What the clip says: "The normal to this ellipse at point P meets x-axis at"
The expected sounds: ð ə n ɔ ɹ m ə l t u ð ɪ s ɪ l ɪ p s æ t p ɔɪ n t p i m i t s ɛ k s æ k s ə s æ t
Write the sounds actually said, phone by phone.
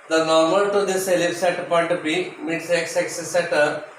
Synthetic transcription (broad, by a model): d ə n ɔ ɹ m ə l t u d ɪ s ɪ l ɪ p s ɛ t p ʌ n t b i m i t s ɛ k s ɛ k s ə s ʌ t